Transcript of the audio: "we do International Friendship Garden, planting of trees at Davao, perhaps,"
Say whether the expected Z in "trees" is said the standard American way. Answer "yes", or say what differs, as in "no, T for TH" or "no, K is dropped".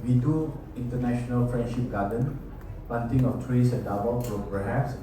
no, S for Z